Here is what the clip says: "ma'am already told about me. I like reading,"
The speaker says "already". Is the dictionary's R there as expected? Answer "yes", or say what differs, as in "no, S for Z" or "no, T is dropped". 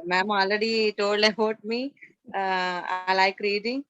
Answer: no, L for R